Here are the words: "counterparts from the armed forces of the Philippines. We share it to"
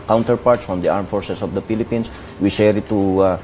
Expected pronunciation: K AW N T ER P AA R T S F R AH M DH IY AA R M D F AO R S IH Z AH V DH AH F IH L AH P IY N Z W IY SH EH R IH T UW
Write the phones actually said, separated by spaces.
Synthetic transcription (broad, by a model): K AW N T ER P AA R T S F R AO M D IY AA R M F AO R S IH S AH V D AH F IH L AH P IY N S W IY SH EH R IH T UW